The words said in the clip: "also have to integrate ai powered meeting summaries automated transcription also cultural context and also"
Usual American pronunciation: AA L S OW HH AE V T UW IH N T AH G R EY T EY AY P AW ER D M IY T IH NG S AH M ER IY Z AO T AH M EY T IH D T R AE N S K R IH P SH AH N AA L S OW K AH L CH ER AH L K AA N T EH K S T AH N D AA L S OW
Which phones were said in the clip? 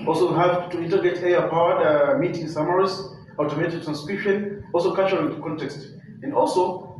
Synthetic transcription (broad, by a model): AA L S OW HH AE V T UW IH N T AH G EY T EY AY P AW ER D M IY T IH NG S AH M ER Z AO T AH M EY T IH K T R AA N S K R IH P SH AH N AA L S OW K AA CH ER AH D K AA N T EH K S T AH N D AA L S OW